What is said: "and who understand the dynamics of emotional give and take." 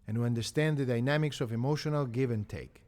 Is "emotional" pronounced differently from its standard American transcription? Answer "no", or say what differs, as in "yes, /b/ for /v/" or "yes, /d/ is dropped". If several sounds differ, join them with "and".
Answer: no